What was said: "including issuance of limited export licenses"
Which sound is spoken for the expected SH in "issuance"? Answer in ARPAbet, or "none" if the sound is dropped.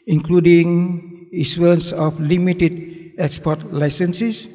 S